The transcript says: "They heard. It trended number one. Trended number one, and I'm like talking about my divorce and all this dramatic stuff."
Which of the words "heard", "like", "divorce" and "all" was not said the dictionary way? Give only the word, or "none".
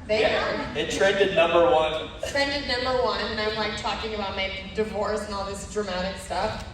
heard